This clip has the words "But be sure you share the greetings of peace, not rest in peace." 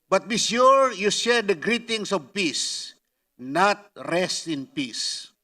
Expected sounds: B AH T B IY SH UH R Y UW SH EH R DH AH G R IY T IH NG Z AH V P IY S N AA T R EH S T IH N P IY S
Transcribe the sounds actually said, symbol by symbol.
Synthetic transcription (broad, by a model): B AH T B IY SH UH R Y UW SH EH R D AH G R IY T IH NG S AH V P IY S N AA T R EH S T IH N P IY S